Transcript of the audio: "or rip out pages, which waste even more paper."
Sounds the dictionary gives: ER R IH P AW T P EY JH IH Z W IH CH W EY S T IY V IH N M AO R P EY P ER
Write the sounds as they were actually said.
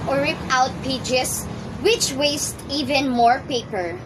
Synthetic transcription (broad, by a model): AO R IH P AW T P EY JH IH S W IH CH W EY S T IY V IH N M AO R P EY P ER